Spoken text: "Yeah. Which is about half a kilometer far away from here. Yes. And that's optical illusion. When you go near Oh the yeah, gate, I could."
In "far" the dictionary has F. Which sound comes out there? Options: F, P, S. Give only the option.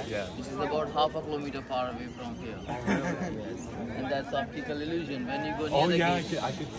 P